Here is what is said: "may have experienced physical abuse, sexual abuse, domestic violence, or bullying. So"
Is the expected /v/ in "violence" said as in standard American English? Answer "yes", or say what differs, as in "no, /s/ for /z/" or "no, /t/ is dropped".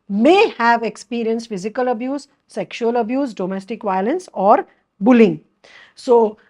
yes